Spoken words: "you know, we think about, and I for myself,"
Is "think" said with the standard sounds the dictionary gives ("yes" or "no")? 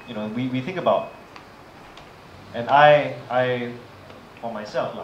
yes